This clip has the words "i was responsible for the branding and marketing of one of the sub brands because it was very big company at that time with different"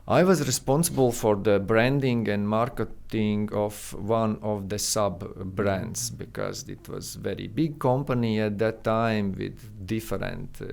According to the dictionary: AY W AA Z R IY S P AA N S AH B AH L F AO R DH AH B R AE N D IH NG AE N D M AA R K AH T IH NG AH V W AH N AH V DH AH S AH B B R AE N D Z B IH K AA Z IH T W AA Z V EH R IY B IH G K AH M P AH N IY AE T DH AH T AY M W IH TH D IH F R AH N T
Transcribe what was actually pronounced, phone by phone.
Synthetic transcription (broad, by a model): AY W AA Z R IY S P AA N S AH B AH L F AO R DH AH B R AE N D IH NG AE N D M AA R K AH T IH NG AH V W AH N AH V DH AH S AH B B R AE N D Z B IH K AA Z IH T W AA Z V EH R IY B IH G K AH M P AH N IY AE T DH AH T AY M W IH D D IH F R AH N T